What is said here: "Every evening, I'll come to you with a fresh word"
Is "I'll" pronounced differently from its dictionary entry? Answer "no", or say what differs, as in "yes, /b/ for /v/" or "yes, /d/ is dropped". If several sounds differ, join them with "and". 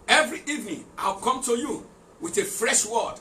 yes, /w/ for /l/